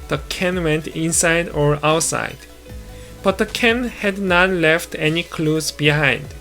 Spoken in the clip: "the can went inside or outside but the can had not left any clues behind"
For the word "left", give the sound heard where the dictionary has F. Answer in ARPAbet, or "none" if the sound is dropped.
F